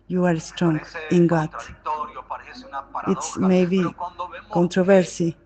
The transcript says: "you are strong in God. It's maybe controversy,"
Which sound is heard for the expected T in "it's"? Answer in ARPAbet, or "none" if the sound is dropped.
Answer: T